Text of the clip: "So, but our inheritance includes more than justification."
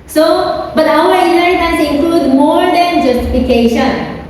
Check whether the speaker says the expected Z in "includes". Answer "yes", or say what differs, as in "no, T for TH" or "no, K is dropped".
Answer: no, Z is dropped